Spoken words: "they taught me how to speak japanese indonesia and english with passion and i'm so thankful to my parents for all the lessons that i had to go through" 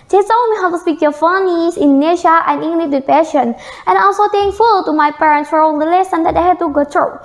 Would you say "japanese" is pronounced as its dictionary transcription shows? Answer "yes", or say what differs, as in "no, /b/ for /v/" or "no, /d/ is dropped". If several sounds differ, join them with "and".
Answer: no, /f/ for /p/